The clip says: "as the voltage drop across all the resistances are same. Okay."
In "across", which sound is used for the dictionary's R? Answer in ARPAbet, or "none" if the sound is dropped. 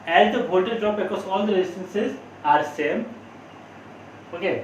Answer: none